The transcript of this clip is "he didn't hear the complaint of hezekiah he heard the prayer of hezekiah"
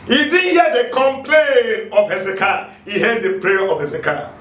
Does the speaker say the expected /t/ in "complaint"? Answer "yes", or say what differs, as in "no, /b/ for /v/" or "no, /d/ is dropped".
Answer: no, /t/ is dropped